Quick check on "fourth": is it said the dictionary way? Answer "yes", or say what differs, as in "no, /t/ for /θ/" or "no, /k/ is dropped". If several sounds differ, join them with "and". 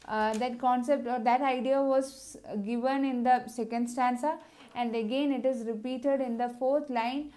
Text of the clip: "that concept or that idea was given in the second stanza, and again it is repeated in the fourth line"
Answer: no, /t/ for /θ/